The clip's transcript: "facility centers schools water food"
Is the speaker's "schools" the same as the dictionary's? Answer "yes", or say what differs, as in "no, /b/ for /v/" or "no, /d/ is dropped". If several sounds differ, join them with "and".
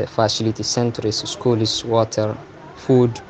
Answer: no, /s/ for /z/